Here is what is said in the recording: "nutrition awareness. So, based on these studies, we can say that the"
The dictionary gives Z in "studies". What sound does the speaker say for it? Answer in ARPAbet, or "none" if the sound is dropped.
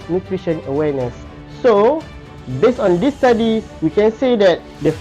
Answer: none